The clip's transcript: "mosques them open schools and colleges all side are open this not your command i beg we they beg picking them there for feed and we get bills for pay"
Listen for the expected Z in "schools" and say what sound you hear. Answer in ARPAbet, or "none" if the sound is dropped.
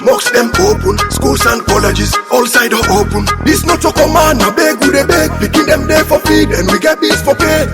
S